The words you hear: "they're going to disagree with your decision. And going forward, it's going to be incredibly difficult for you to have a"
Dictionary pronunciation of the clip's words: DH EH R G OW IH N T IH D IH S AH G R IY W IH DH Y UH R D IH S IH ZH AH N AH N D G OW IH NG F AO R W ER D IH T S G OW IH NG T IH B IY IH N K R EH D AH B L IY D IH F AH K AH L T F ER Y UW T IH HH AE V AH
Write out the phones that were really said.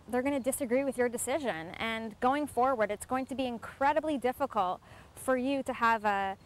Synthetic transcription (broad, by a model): DH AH R G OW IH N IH D IH S AH G R IY W IH DH Y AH R D IH S IH ZH AH N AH N G OW IH NG F AO R W ER D IH T S G OW IH NG T IH B IY IH N K R EH D AH B L IY D IH F AH K AH L T F ER Y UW T IH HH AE V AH